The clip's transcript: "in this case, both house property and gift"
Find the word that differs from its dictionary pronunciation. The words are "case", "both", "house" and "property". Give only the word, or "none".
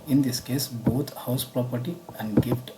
both